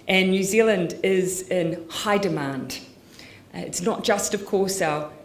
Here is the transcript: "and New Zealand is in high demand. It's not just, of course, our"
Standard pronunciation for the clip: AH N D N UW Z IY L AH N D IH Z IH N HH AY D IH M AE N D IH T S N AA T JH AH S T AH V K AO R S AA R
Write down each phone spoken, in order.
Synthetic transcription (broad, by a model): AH N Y UW Z IY L AH N D IH Z IH N HH AY D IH M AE N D IH T S N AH T JH AH S T AH V K AO R S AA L